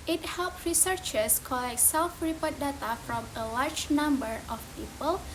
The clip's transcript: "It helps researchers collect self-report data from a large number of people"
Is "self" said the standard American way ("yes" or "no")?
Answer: yes